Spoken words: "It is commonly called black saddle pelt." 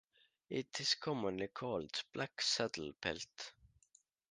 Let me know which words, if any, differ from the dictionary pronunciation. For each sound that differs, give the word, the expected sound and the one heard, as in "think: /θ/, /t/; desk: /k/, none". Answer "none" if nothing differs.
is: /z/, /s/